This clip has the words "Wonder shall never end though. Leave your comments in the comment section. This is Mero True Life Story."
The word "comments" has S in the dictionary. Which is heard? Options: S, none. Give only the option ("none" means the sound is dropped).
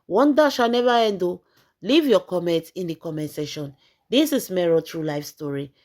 none